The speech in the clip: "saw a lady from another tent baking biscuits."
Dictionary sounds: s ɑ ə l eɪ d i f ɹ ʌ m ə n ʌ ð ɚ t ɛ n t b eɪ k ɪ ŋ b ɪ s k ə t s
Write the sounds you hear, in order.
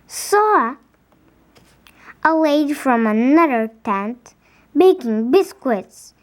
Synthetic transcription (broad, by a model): s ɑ ə w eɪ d f ɹ ʌ m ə n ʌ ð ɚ t ɛ n t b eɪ k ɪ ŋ b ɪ s k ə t s